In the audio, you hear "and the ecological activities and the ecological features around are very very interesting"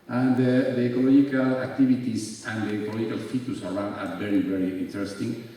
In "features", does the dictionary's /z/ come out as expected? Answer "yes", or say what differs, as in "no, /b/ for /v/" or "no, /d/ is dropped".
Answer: no, /s/ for /z/